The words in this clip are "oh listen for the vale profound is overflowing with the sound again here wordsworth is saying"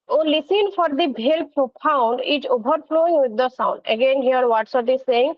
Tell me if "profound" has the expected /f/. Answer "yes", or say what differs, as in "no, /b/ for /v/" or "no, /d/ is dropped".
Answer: no, /p/ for /f/